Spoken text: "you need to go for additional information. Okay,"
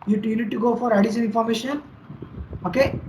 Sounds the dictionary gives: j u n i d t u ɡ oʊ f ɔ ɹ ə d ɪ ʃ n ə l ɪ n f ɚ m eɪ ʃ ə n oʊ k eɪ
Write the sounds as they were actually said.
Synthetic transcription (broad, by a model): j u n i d t u ɡ oʊ f ɔ ɹ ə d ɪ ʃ ə n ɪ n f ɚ m eɪ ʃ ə n oʊ k eɪ